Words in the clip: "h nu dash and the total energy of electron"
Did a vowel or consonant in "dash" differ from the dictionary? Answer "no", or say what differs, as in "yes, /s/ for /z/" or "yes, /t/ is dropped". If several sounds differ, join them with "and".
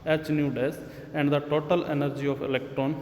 yes, /s/ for /ʃ/